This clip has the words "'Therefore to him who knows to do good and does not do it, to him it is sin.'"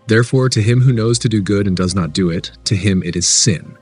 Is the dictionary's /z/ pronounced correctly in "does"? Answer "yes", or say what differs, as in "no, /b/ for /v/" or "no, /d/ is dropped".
yes